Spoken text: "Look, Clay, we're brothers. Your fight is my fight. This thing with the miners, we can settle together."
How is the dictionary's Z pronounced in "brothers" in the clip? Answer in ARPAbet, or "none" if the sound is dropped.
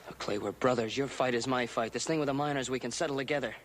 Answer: Z